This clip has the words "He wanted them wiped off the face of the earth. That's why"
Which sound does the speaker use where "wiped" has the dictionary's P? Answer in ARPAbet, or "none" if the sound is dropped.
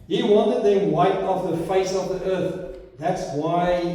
none